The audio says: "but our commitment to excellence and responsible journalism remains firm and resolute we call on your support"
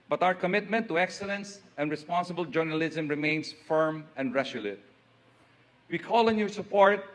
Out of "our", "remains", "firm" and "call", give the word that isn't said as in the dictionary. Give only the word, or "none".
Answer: remains